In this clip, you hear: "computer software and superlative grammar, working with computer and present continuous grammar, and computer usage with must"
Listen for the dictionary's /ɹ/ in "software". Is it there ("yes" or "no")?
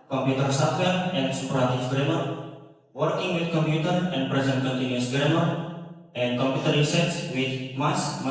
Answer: no